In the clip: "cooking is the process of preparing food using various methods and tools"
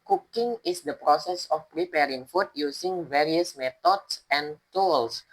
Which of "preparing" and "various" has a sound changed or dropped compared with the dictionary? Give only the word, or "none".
none